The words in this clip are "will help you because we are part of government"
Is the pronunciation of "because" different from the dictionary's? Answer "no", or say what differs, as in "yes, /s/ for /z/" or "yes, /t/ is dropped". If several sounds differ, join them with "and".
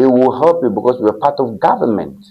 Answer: yes, /s/ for /z/